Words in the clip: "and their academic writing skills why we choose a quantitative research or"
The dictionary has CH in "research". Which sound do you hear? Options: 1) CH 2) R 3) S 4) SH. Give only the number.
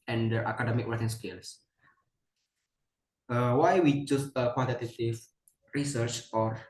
1